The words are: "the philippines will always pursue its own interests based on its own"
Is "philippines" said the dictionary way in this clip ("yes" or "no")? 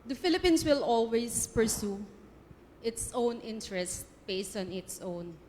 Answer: no